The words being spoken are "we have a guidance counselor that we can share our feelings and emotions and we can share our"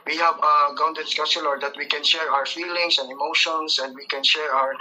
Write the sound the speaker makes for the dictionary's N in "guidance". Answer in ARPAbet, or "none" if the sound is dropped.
none